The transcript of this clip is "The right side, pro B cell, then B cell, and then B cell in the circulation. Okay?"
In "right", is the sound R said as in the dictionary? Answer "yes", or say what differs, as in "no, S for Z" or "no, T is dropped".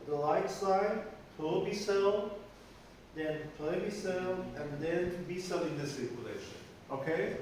no, L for R